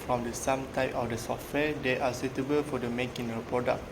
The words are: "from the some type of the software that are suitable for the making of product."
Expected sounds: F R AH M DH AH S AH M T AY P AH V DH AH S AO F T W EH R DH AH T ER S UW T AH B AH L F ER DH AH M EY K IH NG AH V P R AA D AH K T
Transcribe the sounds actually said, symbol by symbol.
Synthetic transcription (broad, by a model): F R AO M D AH S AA M T AY P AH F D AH S AO F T W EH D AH T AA S UW T AH B AH L F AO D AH M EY K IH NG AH P R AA D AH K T